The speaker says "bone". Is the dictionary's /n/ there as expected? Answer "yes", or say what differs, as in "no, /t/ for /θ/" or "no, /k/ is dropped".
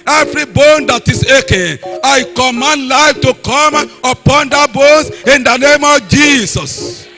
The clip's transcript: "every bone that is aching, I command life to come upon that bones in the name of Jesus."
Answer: yes